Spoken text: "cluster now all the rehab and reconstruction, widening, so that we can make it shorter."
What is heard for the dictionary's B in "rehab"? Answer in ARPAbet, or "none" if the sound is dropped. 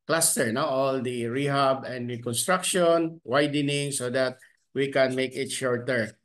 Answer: B